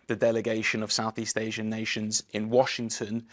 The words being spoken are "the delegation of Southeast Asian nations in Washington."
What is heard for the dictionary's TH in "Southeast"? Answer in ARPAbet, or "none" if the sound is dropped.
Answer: TH